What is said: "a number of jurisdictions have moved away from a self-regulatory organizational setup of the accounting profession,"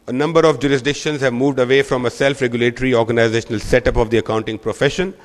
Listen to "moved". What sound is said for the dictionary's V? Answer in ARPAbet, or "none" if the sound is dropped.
V